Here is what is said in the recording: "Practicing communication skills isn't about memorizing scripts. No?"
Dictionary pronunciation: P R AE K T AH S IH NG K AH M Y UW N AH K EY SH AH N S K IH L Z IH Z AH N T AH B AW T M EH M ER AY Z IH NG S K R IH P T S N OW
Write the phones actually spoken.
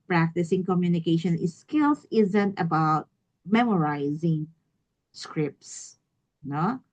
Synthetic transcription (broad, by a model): P R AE K T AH S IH NG K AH M Y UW N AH K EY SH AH N S K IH L S IH Z AH N T AH B AW T M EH M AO AY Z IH NG S K R IH P T S N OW